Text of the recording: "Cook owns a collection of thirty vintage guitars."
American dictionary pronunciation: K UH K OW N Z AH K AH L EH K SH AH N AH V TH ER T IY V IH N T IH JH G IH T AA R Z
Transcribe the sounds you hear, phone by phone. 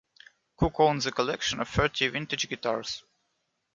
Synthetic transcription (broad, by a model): K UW K OW N Z AH K AH L EH K SH AH N AH V F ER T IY V IH N T IH JH G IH T AA R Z